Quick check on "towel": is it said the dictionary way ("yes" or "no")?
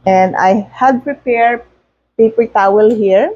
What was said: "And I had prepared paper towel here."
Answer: yes